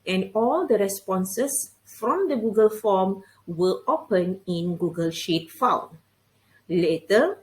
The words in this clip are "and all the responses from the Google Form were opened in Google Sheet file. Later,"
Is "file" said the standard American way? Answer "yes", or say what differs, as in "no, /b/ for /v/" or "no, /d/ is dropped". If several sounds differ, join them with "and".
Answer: no, /n/ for /l/